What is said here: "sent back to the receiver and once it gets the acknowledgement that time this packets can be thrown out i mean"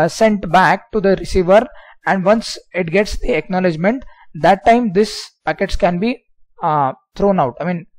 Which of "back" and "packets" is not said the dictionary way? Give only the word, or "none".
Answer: none